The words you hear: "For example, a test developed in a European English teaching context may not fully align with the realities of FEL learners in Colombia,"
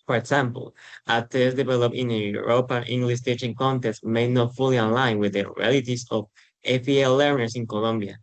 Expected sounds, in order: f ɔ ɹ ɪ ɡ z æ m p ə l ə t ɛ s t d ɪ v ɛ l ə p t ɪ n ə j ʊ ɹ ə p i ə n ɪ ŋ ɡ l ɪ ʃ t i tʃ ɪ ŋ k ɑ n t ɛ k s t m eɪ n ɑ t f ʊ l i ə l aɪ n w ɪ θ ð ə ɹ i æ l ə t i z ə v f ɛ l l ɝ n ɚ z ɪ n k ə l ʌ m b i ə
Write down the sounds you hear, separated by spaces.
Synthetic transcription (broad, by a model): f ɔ ɹ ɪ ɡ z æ m p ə l ə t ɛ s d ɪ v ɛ l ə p ɪ n ə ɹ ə p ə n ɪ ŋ ɡ l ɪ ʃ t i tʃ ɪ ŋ k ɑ n t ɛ s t m eɪ n ɑ t f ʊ l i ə l aɪ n w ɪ ð ə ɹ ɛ l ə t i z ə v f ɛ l l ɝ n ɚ s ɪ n k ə l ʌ m b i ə